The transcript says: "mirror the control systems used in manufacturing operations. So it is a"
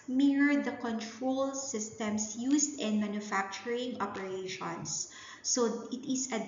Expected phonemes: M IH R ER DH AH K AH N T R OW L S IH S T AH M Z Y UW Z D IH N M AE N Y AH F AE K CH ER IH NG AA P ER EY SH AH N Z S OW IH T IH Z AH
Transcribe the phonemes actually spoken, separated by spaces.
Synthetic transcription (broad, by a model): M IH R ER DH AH K AH N T R OW L S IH S T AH M S Y UW S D IH N M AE N Y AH F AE K CH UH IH NG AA P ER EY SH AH N S OW IH T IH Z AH